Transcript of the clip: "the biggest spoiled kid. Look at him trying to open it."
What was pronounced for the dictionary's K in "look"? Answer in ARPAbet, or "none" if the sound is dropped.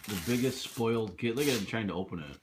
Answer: none